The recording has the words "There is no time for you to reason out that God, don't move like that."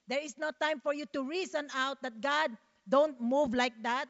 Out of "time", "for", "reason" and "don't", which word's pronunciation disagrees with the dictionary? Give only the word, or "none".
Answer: reason